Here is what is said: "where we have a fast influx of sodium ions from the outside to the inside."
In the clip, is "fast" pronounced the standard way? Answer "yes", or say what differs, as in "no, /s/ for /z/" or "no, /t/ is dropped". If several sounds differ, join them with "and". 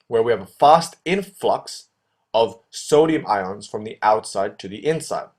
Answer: yes